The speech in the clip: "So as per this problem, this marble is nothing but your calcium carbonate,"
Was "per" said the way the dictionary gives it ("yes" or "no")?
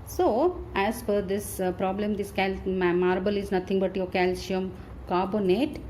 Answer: no